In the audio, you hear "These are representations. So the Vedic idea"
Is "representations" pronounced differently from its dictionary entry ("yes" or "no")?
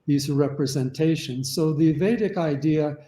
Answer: no